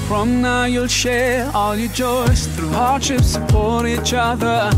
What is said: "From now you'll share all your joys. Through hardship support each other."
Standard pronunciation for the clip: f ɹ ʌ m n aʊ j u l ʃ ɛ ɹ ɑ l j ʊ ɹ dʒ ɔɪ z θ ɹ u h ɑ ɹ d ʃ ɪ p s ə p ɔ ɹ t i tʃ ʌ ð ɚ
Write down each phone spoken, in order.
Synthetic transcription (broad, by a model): f ɹ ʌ m n aʊ j u l ʃ ɛ ɹ ɑ l j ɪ dʒ ɔɪ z θ ɹ u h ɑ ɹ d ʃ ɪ p s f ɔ ɹ i tʃ ʌ ð ɚ